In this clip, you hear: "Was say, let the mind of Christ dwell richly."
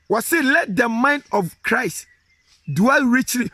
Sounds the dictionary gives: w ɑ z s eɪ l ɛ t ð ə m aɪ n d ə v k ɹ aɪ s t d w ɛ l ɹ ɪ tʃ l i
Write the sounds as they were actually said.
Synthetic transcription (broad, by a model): w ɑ s eɪ l ɛ t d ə m aɪ n d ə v k ɹ aɪ s t d w ɛ l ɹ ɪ tʃ l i